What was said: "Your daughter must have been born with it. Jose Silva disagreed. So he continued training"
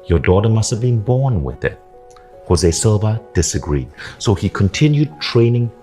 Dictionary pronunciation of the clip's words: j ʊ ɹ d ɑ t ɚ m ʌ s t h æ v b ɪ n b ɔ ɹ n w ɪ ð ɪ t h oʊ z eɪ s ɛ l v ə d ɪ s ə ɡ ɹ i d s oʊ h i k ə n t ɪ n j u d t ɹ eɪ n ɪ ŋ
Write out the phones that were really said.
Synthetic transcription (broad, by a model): j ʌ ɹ d ɑ t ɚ m ʌ s t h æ v b ɪ n b ɔ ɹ n w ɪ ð ɪ t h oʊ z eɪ s ɛ l v ə d ɪ s ə ɡ ɹ i d s oʊ h i k ə n t ɪ n j u d t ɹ eɪ n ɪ ŋ